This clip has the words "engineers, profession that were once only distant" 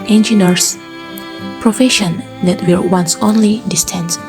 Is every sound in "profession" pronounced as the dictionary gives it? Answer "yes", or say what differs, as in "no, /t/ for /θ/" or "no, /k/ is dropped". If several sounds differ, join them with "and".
yes